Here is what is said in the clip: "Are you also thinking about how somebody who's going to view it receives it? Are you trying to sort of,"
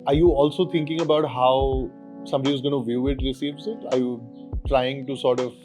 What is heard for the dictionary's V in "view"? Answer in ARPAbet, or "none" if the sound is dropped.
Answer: V